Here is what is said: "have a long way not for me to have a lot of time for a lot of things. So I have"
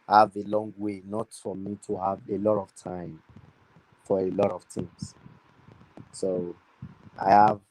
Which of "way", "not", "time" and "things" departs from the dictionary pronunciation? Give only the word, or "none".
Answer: things